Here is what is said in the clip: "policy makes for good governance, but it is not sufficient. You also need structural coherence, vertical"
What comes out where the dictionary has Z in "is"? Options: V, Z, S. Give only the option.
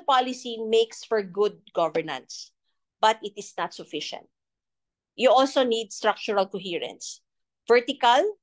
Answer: S